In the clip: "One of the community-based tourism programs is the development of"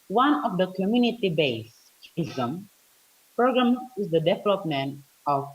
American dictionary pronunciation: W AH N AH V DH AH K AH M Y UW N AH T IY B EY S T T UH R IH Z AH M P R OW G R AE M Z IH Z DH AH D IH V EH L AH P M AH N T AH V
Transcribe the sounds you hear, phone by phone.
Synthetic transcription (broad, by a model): W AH N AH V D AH K AH M Y UW N AH T IY B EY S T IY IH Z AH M P R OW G R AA M IH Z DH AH D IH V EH L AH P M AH N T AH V